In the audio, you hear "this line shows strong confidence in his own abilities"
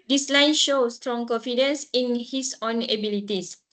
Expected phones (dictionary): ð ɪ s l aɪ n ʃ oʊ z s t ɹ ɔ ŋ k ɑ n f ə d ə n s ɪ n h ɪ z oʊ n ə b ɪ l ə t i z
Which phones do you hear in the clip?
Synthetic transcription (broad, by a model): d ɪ s l aɪ n ʃ oʊ s t ɹ ɔ ŋ k ɑ n f ə d ə n s ɪ n h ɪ s oʊ n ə b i l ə t i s